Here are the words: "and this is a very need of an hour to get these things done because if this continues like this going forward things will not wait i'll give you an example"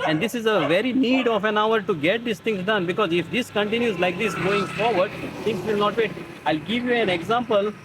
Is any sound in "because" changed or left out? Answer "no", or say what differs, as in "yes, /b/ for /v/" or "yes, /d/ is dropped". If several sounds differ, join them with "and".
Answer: no